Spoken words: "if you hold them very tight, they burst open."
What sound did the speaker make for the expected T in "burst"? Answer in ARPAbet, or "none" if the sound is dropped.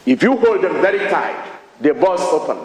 none